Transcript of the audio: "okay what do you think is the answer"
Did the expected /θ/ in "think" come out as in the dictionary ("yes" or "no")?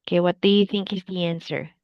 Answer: yes